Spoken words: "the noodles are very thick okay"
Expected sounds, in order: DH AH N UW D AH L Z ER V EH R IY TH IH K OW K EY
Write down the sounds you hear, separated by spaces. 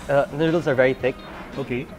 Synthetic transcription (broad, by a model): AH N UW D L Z ER V EH R IY TH IH K OW K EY